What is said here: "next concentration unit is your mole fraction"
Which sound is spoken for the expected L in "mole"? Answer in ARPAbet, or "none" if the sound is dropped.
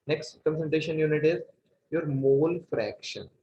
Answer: L